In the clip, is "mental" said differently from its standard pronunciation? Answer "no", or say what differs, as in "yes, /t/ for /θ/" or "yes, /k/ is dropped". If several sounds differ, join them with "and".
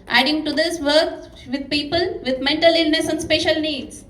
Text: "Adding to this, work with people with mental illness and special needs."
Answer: no